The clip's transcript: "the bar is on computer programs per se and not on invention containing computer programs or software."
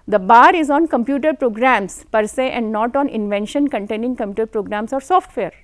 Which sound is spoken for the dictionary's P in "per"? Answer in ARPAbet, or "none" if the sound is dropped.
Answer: P